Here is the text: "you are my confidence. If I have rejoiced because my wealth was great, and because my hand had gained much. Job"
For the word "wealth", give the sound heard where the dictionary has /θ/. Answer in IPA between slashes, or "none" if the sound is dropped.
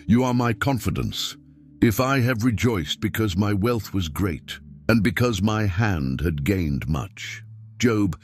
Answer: /θ/